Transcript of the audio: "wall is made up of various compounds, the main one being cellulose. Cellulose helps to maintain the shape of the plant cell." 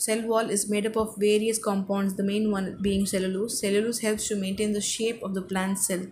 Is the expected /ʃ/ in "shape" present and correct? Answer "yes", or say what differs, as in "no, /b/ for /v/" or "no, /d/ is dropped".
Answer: yes